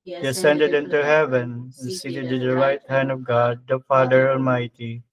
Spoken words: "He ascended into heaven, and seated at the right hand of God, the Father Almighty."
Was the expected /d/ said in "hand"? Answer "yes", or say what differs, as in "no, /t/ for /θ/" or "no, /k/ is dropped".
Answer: yes